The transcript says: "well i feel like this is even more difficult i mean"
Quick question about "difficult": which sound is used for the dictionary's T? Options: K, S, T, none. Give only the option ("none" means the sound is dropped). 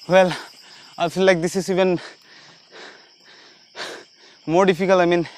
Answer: none